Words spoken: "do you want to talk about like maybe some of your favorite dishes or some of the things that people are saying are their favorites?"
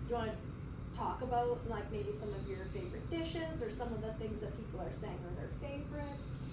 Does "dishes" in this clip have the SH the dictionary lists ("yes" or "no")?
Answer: yes